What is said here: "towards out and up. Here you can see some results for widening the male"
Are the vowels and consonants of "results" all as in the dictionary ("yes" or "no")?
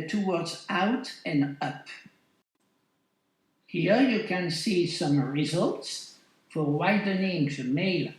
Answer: yes